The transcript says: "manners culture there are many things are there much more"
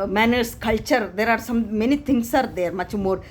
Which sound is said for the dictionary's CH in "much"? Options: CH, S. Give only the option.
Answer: CH